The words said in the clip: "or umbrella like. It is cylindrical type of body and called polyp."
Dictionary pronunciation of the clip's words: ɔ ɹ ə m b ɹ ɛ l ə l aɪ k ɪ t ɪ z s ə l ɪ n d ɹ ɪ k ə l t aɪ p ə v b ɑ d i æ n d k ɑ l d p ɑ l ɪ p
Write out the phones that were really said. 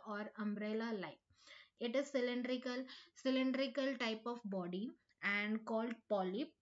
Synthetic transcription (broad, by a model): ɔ ɹ ə m b ɹ ɛ l ə l aɪ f ɪ t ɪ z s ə l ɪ n d ɹ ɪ k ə l t aɪ p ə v b ɑ d i æ n d k ɑ l d p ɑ l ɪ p